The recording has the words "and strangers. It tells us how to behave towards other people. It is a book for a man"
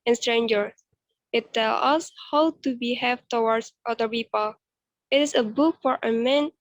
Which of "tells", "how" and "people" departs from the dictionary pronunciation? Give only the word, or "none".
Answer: tells